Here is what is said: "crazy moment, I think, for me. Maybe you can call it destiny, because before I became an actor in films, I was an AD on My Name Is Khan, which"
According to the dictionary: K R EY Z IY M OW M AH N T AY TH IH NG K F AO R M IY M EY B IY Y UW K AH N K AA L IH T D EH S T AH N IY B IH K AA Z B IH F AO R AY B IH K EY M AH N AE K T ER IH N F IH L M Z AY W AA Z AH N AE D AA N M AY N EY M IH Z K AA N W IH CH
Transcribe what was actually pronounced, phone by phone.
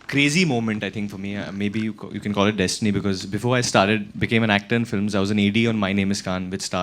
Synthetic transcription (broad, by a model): K R EY Z IY M OW M AH N T AY T IH NG K F AO R M IY M EY B IY Y UW K AH N K AA L IH T D EH S T AH N IY B IH K AA Z B IH F AO R AY B IH K EY M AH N AE K T ER IH N F IH L M Z AY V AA Z AH N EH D AA N M AY N EY M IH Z K AA N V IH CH